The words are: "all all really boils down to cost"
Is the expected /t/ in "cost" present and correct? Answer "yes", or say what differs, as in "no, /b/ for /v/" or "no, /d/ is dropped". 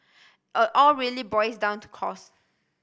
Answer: no, /t/ is dropped